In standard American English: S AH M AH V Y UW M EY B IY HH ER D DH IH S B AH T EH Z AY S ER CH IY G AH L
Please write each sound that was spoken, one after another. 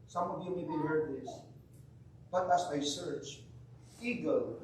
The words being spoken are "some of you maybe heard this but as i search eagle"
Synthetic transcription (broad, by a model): S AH M AH V Y UW M EY B IY HH ER D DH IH S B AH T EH S AY S ER CH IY G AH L